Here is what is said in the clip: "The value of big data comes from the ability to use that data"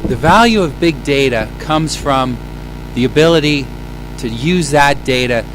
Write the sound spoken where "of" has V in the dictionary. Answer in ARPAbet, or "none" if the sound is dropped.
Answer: V